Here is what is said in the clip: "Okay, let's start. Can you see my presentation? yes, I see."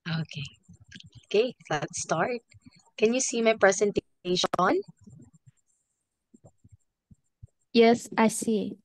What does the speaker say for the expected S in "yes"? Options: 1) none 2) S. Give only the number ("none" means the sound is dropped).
2